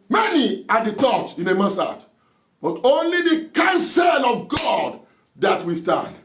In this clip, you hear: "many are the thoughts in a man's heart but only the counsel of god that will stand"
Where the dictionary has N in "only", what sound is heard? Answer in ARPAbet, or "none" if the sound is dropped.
N